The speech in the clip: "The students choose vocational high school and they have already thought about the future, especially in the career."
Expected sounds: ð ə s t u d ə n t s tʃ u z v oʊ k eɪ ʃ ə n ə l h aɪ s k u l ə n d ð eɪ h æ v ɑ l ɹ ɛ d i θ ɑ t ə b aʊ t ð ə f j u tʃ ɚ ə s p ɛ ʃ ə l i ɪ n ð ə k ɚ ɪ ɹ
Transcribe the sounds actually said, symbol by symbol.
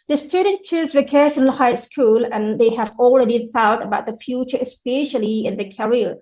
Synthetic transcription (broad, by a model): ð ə s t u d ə n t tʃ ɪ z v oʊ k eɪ s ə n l h aɪ s k u l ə n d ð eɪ h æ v ɑ l ɹ ɛ d i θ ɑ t ə b aʊ t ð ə f j u tʃ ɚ ə s p ɛ ʃ ə l i ɪ n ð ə k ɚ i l